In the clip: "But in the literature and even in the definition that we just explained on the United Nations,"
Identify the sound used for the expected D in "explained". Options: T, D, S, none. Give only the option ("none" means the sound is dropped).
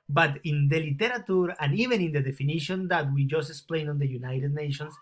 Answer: none